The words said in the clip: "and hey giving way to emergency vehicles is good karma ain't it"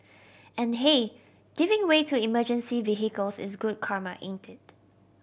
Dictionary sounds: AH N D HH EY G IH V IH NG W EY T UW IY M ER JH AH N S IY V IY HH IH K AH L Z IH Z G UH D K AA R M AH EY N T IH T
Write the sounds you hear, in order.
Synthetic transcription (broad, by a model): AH N HH EY G IH V IH NG W EY T UW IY M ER JH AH N S IY V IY HH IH K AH L S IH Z G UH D K AA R M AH EY N T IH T